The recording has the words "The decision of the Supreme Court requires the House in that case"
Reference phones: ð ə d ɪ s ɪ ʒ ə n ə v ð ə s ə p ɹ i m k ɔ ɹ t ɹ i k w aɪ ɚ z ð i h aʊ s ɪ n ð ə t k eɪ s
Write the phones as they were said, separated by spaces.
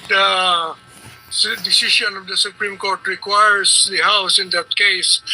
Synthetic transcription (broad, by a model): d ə d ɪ s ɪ ʃ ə n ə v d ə s ə p ɹ i m k ɔ ɹ t ɹ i k w aɪ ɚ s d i h aʊ s ɪ n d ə t k eɪ s